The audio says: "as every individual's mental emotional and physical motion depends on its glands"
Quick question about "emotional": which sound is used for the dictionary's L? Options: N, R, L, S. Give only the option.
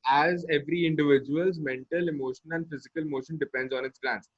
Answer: N